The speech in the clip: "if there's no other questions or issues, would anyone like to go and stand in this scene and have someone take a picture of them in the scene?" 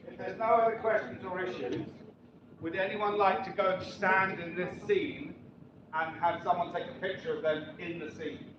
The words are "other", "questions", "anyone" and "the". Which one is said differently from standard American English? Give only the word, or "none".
none